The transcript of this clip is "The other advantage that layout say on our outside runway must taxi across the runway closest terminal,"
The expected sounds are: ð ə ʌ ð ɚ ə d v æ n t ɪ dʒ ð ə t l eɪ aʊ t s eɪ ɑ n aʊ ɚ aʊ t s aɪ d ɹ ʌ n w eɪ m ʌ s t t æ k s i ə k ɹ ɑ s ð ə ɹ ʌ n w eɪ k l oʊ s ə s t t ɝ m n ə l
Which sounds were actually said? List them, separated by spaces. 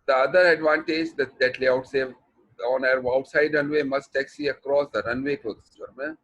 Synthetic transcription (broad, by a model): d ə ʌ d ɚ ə d v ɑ n t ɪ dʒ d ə t l eɪ aʊ t s eɪ ɑ n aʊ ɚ aʊ t s aɪ d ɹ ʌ n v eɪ m ʌ s t t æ k s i ə k ɹ ɑ s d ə ɹ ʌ n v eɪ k oʊ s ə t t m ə